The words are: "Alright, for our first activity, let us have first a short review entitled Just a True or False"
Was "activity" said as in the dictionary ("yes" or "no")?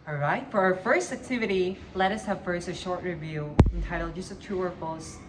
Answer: yes